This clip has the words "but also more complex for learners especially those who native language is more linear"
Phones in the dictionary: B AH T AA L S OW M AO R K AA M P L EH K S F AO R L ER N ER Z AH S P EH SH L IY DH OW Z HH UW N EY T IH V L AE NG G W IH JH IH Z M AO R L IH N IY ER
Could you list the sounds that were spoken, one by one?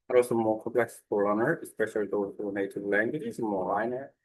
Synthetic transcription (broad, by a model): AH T AA L S OW M AO R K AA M P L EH K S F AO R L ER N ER AH S P EH SH L IY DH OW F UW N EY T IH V L AE NG G W IH JH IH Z M AO R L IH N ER